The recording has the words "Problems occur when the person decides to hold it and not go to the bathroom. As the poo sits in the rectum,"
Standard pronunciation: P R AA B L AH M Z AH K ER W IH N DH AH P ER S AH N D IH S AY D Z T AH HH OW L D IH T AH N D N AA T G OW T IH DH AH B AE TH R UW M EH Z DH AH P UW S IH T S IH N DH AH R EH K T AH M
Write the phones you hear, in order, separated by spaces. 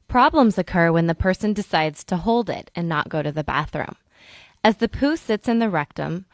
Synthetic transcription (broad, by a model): P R AA B L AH M Z AH K ER W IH N DH AH P ER S AH N D IH S AY D Z T AH HH OW L D IH T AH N N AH T G OW T IH DH AH B AE TH R UW M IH Z DH AH P UW S IH T S IH N DH AH R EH K T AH M